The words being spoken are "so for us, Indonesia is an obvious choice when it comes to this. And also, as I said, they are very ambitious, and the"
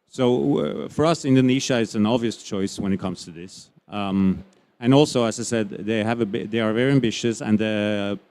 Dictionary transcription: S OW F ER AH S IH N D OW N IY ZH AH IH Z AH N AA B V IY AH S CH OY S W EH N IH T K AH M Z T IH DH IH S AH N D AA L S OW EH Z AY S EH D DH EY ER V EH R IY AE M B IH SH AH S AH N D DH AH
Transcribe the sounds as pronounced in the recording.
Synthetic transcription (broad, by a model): S OW F ER AH S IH N D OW N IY SH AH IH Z AH N AA B V IY AH S CH OY S W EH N IH T K AH M Z T IH DH IH S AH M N AA L S OW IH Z AY S EH D DH EY ER V EH R IY AE M B IH SH AH S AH N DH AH